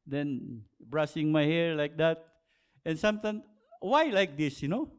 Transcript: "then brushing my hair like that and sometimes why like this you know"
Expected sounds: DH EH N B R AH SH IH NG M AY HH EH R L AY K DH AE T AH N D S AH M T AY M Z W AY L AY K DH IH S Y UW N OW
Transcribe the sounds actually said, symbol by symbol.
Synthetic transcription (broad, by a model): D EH N B R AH S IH NG M AY HH EH R L AY K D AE T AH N S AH M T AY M W AY L AY K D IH S Y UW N OW